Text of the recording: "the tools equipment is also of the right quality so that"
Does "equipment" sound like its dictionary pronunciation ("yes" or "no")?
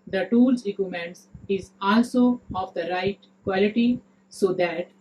no